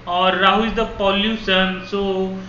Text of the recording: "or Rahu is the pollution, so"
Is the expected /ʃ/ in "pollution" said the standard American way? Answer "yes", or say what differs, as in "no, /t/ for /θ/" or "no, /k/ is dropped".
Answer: no, /s/ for /ʃ/